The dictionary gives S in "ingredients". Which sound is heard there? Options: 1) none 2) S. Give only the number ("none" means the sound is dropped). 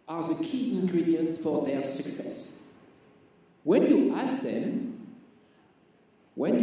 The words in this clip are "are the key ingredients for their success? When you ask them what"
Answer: 1